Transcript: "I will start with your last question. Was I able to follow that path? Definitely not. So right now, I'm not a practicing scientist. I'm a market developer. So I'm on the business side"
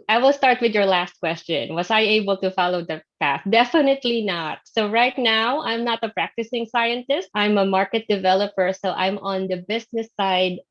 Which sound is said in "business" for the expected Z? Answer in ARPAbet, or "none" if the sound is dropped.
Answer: S